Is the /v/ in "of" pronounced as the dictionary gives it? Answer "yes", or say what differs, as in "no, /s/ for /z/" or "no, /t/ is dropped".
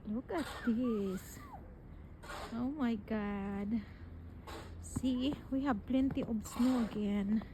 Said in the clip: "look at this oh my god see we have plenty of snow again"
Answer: no, /b/ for /v/